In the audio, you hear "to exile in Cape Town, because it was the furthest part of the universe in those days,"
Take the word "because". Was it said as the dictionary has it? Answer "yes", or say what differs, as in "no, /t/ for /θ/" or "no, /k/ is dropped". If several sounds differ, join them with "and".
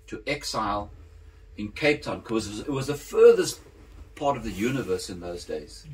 no, /k/ is dropped